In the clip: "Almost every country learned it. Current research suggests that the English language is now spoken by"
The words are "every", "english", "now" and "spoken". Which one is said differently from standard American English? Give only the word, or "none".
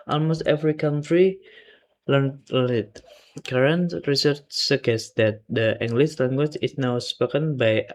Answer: english